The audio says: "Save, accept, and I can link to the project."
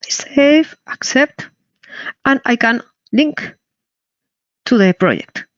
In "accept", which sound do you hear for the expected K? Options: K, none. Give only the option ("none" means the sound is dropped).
K